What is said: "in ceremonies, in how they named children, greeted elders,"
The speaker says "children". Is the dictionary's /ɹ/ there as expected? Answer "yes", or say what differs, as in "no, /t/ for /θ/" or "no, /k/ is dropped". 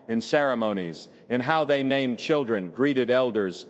yes